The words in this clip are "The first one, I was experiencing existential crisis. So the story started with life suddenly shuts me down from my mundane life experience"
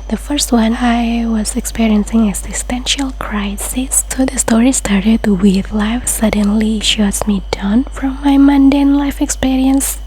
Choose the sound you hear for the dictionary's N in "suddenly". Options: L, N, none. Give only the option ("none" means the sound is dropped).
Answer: N